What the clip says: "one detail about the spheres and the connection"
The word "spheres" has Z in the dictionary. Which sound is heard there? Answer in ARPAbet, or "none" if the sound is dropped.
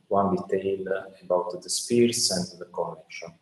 S